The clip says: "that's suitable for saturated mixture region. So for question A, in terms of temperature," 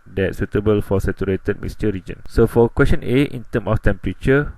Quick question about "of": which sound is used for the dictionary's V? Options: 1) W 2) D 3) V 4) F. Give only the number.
4